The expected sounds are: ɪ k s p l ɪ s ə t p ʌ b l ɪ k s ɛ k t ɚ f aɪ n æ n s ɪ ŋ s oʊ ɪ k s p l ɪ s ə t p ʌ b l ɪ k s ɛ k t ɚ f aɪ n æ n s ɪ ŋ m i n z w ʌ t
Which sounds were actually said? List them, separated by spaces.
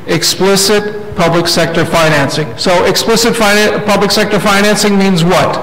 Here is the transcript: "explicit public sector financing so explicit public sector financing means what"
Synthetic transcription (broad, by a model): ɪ k s p l ɪ s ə t p ʌ b l ɪ k s ɛ k t ɚ f aɪ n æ n s ɪ ŋ s oʊ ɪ k s p l ɪ s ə t p ʌ b l ɪ k s ɛ k t ɚ f aɪ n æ n s ɪ ŋ m i n z w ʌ t